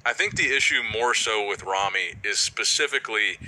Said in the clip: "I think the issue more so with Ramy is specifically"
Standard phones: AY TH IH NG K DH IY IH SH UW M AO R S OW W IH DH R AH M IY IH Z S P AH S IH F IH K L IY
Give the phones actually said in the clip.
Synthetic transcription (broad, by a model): AY TH IH NG K DH IY IH SH UW M AO R S OW W IH DH R AH M IY IH Z S P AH S IH F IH K L IY